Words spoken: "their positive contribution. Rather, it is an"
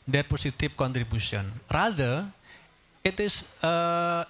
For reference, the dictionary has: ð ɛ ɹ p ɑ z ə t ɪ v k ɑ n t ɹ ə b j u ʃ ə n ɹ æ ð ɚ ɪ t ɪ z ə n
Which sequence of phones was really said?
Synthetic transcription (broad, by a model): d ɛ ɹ p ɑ s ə t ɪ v k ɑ n t ɹ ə b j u s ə n ɹ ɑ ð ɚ ɪ t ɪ s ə